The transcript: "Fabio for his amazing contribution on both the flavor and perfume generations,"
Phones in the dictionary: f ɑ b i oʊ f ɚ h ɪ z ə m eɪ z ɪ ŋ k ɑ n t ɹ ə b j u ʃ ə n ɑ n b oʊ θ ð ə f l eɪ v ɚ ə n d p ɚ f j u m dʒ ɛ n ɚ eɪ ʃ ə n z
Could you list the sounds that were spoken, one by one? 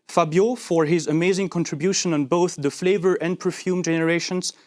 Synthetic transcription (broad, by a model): f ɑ b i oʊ f ɚ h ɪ z ə m eɪ z ɪ ŋ k ɑ n t ɹ ə b j u ʃ ə n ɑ n b oʊ θ ð ə f l eɪ v ɚ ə n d p ɚ f j u m dʒ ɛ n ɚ eɪ ʃ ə n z